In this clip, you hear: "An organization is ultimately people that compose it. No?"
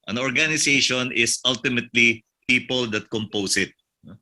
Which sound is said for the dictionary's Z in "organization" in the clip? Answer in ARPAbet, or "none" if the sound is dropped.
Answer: S